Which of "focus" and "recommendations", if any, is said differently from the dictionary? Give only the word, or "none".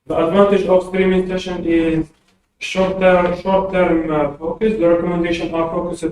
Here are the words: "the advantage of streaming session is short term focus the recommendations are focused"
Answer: recommendations